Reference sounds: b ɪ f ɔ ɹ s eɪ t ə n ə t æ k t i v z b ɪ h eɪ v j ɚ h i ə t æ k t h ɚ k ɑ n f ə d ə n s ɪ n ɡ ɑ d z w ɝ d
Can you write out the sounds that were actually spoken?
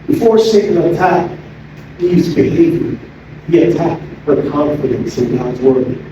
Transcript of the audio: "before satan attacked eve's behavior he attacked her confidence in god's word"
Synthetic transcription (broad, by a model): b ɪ f ɔ ɹ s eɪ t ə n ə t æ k i z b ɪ h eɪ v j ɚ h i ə t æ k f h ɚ k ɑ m f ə d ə n s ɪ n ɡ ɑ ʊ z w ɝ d